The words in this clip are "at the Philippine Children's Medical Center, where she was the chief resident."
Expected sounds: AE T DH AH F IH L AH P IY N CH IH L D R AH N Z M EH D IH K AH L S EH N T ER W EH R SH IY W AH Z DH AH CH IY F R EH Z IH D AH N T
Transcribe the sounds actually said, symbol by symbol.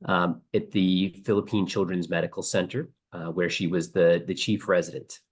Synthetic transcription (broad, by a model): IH T DH AH F IH L AH P IY N CH IH L D R AH N Z M EH D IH K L S EH N T ER W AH R SH IY W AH Z DH AH CH IY F R EH Z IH D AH N T